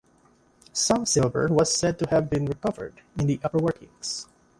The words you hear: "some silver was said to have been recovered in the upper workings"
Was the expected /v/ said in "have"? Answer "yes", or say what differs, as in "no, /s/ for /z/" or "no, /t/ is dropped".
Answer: yes